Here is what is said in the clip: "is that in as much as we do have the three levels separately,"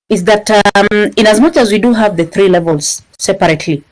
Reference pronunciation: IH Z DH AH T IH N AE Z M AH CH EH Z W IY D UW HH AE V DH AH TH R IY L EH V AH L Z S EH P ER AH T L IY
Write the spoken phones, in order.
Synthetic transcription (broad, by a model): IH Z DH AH T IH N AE Z M AH CH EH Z W IY D UW HH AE V DH AH TH R IY L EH V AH L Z S EH P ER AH T L IY